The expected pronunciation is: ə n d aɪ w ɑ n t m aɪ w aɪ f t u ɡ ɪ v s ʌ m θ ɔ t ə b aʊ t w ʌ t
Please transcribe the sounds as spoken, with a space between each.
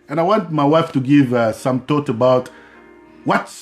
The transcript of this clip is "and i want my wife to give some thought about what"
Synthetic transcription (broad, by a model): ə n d aɪ w ɑ n t m aɪ w aɪ f t u ɡ ɪ v s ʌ m t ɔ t ə b aʊ t w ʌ t